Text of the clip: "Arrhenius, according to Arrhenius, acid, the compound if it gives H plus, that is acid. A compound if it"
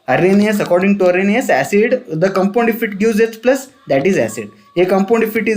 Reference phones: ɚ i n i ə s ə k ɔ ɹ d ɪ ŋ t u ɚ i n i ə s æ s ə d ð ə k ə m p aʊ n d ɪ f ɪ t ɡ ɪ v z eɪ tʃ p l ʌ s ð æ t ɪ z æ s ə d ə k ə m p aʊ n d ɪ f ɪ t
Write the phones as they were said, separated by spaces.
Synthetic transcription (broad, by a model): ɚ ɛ n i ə s ə k ɔ ɹ d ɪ ŋ t u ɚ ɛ n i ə s æ s ə d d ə k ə m p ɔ n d ɪ f ɪ t ɡ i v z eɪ s p l ʌ s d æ t ɪ z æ s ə d ə k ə m p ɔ n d ɪ f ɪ t